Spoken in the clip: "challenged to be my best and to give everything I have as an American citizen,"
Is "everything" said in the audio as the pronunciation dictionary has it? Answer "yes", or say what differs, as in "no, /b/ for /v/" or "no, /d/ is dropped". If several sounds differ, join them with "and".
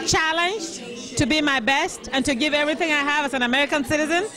yes